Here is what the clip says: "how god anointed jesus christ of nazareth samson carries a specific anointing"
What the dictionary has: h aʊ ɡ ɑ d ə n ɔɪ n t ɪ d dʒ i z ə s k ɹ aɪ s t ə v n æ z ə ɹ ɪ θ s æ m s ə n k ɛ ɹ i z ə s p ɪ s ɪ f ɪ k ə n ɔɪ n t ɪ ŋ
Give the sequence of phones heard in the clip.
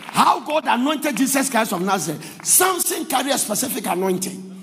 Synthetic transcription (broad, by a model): h aʊ ɡ ɑ d ə n ɔɪ n t ɪ d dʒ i s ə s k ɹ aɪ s ə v n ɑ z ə s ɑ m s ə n k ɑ ɹ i ə s p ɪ s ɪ f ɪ k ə n ɔɪ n t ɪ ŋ